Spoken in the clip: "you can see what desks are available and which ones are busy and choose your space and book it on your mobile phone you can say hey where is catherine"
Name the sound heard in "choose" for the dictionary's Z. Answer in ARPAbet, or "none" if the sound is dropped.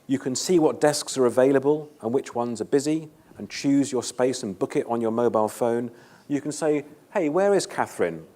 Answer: Z